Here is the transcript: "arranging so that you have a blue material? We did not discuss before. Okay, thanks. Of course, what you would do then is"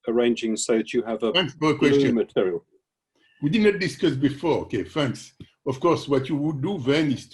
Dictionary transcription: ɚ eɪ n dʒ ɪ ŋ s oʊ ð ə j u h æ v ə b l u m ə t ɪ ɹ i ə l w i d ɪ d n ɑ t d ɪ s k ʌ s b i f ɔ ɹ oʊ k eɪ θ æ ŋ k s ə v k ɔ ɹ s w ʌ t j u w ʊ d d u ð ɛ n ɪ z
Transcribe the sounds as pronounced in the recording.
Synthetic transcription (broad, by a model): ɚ eɪ n dʒ ɪ ŋ s oʊ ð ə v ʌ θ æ f ə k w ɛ m ə t ɪ ɹ i ə l w i d ɪ d n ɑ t d ɪ s k ʌ s b i f ɔ ɹ oʊ k eɪ f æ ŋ k s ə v k ɔ ɹ s w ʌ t j u w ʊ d d u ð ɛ n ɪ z